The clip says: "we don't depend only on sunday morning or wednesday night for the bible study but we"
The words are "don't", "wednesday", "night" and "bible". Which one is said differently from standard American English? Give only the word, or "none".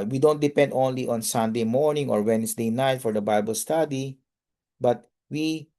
wednesday